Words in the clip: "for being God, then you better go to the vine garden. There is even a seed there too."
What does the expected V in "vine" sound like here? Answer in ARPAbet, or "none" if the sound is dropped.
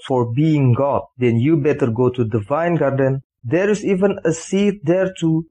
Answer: V